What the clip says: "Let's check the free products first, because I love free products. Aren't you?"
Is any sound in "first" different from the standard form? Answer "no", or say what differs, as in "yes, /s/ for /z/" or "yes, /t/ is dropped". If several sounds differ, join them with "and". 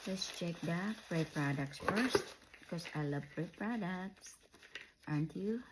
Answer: no